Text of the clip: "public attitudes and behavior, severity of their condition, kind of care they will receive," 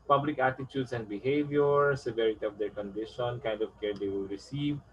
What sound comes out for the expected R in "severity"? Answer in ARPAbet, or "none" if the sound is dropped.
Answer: R